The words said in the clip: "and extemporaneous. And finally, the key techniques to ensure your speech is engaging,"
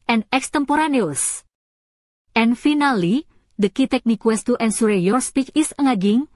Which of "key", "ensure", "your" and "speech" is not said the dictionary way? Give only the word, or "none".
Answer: ensure